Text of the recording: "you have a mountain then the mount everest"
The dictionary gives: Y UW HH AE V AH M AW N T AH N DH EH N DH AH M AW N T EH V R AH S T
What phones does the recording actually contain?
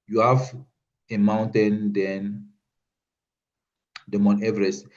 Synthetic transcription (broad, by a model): Y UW HH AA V AH M AW N T AH N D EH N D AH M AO N EH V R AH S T